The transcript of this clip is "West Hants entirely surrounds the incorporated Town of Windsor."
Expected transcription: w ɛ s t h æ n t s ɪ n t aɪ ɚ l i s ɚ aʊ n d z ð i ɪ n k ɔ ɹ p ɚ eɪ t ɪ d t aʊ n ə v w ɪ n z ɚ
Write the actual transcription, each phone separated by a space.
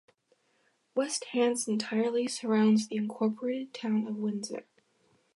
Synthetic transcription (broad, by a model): w ɛ s t h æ n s ɪ n t aɪ ɚ l i s ɚ aʊ n d z ð i ɪ n k ɔ ɹ p ɚ eɪ t ɪ d t aʊ n ə v w ɪ n z ɚ